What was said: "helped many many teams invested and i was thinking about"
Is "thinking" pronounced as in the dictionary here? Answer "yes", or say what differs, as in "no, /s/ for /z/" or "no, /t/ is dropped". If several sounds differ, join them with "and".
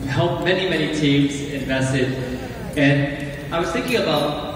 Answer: yes